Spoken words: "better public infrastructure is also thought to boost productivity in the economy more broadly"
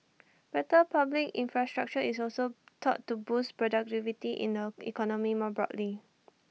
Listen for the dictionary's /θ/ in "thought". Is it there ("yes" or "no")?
no